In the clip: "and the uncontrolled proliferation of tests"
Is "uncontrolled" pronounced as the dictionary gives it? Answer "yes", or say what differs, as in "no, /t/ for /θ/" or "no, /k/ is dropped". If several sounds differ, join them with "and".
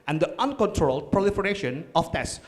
yes